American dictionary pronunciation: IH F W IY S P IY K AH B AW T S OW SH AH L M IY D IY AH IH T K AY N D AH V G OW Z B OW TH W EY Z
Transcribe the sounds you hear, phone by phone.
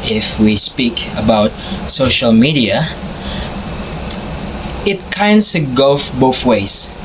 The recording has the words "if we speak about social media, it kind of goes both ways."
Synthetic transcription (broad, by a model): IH F W IY S P IY K AH B AW T S OW SH AH L M IY D IY AH IH T K AY N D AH G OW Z B OW TH W EY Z